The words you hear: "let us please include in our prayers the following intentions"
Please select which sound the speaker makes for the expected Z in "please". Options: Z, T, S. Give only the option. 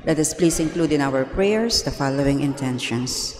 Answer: S